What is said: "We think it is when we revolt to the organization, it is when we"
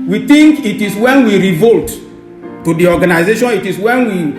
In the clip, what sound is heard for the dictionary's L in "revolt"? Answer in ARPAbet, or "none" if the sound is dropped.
L